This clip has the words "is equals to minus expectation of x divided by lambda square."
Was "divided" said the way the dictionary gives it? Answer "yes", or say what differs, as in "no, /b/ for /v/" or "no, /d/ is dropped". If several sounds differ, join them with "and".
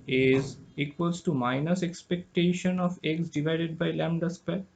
yes